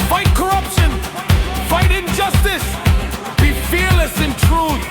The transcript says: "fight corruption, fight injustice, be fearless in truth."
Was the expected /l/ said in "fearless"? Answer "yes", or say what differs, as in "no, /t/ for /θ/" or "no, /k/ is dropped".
yes